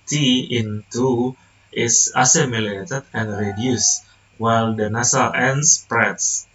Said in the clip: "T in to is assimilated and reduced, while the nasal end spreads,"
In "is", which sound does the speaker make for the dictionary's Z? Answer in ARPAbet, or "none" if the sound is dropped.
S